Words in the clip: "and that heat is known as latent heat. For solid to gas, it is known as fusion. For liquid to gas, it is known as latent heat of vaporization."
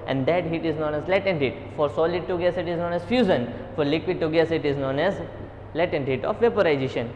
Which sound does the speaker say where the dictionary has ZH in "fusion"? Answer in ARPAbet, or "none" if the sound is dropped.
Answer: Z